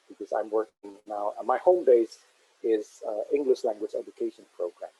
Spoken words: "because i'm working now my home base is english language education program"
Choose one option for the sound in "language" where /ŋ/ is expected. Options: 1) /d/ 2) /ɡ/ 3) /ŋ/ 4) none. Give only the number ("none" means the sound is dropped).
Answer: 3